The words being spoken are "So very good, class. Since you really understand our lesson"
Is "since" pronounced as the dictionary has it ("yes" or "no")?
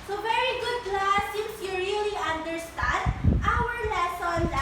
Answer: no